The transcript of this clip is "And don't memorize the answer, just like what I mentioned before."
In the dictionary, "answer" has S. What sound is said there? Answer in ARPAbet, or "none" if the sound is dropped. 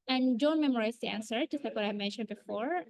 S